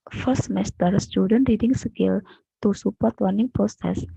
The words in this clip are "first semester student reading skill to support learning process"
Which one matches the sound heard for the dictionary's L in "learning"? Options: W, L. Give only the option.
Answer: W